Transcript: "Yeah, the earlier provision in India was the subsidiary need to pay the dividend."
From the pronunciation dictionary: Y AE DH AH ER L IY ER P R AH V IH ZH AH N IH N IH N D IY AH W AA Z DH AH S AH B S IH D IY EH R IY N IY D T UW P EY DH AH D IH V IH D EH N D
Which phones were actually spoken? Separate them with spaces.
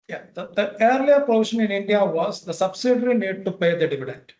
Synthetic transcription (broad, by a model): Y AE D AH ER L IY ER P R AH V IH SH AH N IH N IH N D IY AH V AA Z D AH S AH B S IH D R IY N IY D T UW P EY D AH D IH V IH D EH N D